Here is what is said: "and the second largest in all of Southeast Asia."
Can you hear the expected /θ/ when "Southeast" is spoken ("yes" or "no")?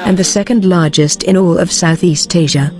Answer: yes